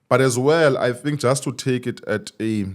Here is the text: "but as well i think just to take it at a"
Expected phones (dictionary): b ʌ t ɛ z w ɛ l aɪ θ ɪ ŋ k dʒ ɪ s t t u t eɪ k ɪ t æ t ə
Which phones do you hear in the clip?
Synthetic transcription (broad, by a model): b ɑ t ɛ z w ɛ l aɪ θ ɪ ŋ k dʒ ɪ s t t u t eɪ k ɪ t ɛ t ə